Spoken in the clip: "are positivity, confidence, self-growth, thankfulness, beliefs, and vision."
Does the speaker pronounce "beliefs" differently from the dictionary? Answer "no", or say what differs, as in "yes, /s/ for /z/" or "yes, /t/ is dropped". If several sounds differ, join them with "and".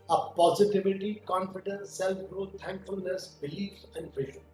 yes, /s/ is dropped